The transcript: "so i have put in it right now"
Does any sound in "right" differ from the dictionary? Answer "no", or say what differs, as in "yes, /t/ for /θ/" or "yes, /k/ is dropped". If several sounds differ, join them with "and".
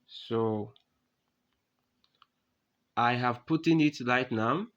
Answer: yes, /l/ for /ɹ/